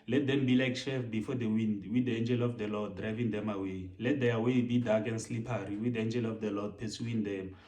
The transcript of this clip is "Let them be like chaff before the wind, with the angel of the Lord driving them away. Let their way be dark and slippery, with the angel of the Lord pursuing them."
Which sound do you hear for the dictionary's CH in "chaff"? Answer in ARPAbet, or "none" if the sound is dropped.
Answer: SH